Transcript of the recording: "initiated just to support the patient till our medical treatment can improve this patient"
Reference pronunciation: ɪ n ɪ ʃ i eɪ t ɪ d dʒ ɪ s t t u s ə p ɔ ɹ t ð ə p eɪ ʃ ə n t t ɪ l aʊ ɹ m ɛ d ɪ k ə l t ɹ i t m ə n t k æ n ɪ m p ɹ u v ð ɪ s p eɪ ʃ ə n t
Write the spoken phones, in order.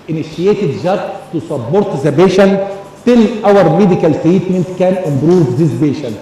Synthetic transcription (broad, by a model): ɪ n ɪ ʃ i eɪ t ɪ d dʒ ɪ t t u s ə b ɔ ɹ t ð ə b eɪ ʃ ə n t t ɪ l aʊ ɹ m ɛ d ɪ k ə l t ɹ i t m ə n t k æ n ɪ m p ɹ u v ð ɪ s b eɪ ʃ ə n